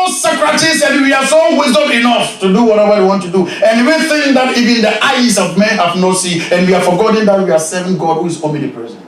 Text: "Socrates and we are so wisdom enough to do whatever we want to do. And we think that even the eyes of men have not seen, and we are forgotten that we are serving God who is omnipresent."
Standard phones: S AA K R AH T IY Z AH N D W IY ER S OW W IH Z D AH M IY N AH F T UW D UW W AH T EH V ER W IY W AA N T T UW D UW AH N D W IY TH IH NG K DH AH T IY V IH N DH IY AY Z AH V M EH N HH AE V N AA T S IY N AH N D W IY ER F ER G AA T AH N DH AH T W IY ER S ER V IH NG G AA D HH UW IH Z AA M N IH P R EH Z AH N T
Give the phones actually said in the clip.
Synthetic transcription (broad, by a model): S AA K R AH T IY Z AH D W IY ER S OW W IH Z D AH M IY N AH F T UW D UW W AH T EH V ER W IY W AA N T T UW D UW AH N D W IY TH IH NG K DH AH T IY V IH N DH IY AY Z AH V M EH N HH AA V N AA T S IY AH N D W IY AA F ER G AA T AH N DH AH T W IY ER S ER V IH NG G AA D HH UW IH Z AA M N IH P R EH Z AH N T